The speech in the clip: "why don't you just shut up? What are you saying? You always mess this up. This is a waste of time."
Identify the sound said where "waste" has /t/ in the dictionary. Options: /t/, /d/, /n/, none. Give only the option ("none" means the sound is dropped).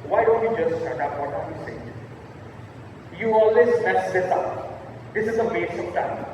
none